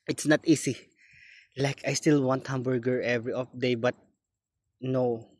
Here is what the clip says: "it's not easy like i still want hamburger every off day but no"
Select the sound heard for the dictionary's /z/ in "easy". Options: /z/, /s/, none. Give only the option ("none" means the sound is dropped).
/s/